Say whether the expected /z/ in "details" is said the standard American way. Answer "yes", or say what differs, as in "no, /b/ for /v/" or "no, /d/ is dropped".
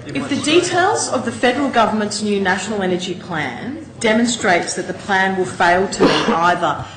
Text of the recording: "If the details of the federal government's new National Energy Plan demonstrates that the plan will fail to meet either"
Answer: yes